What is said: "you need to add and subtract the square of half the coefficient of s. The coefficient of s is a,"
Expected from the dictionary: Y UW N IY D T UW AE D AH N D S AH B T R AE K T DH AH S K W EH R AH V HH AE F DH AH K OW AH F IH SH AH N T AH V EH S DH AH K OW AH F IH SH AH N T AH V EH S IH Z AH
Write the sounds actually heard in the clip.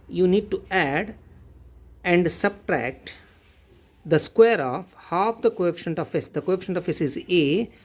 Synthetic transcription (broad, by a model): Y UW N IY D T UW AE D AH N D S AH B T R AE K T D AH S K W EH R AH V HH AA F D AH K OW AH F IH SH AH N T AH F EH S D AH K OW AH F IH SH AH N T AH F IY S IH Z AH